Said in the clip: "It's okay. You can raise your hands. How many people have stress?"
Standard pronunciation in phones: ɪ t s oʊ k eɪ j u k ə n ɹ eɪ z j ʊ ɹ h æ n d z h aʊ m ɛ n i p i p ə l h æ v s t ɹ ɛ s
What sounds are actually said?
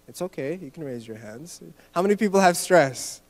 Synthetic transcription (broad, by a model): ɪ t s oʊ k eɪ j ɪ k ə n ɹ eɪ z j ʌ ɹ h æ n d z h aʊ m ɛ n i p i p l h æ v s t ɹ ɛ s